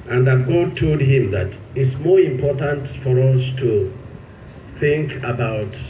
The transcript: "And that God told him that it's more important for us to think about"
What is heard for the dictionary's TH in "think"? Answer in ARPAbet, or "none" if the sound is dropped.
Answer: TH